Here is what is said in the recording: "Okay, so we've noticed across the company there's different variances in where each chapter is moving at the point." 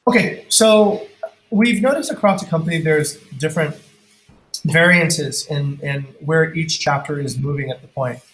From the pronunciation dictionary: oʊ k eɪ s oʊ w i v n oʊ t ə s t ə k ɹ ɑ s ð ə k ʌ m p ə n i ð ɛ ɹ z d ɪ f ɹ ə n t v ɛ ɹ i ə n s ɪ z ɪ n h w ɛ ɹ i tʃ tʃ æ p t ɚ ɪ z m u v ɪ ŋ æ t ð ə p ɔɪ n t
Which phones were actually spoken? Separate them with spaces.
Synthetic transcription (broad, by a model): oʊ k eɪ s oʊ w i v n oʊ t ə s t ə k ɹ ɑ s ð ə k ʌ m p ə n i ð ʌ ɹ z d ɪ f ɹ ə n t v ɛ ɹ i ə n s ɪ z ɪ n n w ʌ ɹ i tʃ tʃ æ p t ɚ ɪ z m u v ɪ ŋ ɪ t ð ə p ɔɪ n t